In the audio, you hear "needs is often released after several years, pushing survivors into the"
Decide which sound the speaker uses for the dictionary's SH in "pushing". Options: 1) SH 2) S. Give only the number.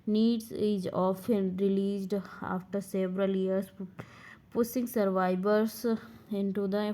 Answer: 2